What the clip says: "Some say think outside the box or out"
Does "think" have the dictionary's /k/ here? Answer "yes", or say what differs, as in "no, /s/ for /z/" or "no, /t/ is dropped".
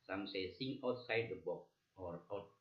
no, /k/ is dropped